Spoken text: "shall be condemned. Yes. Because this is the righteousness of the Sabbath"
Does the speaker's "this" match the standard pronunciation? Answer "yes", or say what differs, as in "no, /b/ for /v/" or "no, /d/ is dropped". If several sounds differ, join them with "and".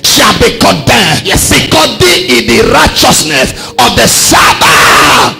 no, /s/ is dropped